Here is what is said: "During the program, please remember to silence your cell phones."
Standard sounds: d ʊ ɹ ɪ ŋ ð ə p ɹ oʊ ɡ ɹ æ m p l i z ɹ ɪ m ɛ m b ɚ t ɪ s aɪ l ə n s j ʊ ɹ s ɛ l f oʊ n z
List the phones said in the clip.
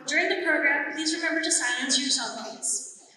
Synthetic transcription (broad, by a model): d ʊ ɹ ɪ ŋ ð ə p ɹ oʊ ɡ ɹ æ m p l i z ɹ ɪ m ɛ m b ɚ t ɪ s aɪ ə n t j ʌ ɹ s ɛ l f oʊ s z